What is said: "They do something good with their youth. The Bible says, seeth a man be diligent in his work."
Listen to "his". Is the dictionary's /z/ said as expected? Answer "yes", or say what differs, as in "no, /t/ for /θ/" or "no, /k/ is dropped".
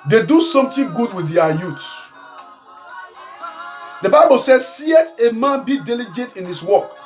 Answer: no, /s/ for /z/